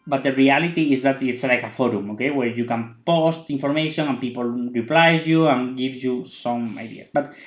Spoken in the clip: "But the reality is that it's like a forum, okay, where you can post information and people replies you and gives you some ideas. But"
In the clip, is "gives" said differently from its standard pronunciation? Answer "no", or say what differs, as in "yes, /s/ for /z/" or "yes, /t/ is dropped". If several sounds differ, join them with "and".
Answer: yes, /z/ is dropped